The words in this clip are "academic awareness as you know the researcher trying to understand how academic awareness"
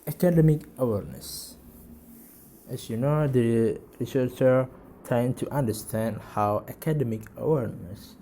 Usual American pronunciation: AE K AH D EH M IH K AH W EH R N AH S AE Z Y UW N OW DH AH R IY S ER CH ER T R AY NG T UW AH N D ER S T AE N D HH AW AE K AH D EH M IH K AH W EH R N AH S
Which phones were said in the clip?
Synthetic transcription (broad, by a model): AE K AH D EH M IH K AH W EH R N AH S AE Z Y UW N OW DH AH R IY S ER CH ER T AY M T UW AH N D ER S T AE N D HH AW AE K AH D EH M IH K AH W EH R N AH S